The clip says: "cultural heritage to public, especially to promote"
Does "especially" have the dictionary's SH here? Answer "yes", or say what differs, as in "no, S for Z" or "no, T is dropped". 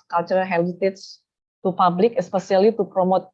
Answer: no, S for SH